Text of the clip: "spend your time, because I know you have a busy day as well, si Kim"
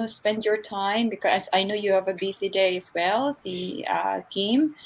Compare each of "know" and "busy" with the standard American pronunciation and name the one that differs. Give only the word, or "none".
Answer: busy